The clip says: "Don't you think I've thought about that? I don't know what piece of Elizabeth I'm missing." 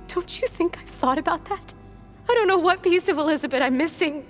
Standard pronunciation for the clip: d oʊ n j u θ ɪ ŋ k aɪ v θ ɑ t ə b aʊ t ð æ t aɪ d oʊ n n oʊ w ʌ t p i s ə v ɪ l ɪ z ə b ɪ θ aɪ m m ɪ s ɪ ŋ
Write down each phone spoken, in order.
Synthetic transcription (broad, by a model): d oʊ n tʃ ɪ θ ɪ ŋ k aɪ θ ɑ t ə b aʊ t ð æ t aɪ d oʊ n n oʊ w ʌ t p i s ə v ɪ l ɪ z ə b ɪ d aɪ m m ɪ s ɪ ŋ